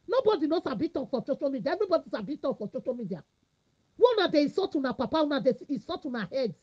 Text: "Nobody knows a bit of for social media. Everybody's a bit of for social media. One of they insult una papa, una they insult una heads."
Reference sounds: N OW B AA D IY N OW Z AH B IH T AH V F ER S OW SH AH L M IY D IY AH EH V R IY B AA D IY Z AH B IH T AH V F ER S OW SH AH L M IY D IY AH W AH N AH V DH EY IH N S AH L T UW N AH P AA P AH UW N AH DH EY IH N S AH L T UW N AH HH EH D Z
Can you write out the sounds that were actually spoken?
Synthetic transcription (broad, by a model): N OW B AA D IY N OW S AH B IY T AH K F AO S OW SH AH L M IY D IY AH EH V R IY B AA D IY S AH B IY T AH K F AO S OW SH AH L M IY D IY AH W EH N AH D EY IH S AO T UW N AH P AA P AH UW N AH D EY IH S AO T UW N AH HH EH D